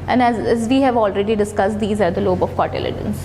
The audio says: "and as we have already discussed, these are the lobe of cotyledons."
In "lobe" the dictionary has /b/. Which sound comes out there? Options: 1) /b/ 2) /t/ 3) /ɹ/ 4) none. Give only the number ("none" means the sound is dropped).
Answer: 1